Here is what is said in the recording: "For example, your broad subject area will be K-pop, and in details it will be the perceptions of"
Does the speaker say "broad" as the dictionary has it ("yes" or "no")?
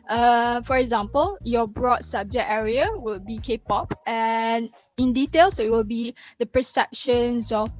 yes